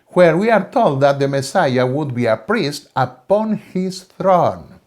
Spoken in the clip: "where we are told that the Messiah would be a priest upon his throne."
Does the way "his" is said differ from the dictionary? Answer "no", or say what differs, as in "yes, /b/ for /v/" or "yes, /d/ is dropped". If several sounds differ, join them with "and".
yes, /s/ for /z/